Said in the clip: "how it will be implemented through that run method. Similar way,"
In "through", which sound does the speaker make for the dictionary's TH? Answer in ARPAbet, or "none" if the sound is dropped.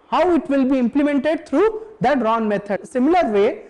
T